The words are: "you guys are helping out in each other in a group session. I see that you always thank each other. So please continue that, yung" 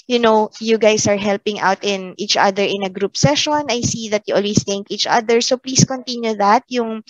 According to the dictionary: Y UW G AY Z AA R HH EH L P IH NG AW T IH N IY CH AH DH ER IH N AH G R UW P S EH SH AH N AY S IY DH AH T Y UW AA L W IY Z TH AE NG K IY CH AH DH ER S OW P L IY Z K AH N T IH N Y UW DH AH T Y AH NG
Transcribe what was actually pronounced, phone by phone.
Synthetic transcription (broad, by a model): Y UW G AY S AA R HH EH L P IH NG AW T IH N IY CH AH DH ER IH N AH G R UW P S EH SH AH N AY S IY DH AH T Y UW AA L W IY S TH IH NG K IY CH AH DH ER S OW P L IY S K AH N T IH N Y UW DH AH T Y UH NG